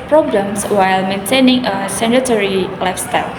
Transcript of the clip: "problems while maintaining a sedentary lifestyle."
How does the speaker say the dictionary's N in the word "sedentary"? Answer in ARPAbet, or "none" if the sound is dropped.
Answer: none